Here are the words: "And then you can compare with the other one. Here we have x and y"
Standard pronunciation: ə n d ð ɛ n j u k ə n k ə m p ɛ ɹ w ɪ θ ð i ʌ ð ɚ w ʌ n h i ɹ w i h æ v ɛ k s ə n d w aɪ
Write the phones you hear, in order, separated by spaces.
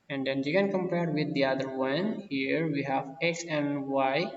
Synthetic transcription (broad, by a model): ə n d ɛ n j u k ə n k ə m p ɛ ɹ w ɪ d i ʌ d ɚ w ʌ n h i ɹ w i h æ v ɛ k s ə n d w aɪ